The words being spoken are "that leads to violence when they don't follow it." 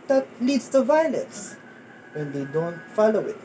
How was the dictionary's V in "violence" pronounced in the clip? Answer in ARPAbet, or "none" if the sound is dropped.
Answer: V